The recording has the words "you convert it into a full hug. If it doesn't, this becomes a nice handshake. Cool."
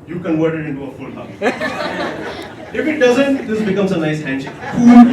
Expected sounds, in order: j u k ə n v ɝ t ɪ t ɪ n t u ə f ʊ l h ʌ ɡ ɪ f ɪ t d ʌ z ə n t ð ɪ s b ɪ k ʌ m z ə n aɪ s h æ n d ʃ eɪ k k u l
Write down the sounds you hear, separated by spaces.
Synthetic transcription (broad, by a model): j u k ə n w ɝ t ɪ t ɪ n t u ə f ʊ l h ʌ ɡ ɪ f ɪ t d ʌ z ə n t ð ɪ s b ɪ k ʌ m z ə n aɪ s h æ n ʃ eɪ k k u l